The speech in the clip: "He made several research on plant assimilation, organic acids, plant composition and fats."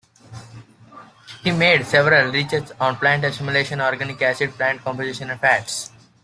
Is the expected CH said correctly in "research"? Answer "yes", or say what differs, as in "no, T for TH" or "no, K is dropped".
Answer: no, S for CH